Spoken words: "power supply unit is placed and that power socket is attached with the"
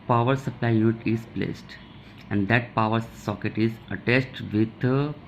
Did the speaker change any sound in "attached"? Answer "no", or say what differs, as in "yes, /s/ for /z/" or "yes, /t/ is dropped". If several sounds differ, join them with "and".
yes, /s/ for /tʃ/